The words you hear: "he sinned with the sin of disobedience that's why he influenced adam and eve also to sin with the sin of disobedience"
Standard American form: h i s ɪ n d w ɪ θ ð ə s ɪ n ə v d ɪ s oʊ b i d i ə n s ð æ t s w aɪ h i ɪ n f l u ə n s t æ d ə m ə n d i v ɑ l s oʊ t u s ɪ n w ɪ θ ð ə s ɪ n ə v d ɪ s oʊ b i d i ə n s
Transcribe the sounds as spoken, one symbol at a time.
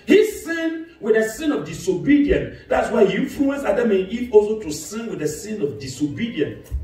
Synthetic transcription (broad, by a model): h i s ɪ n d w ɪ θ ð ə s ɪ n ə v d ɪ s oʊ b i d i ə n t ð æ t s w aɪ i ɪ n f l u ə n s ɑ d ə m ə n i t ɑ l s oʊ t u s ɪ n w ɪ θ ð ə s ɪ n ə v d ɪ s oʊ b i d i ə n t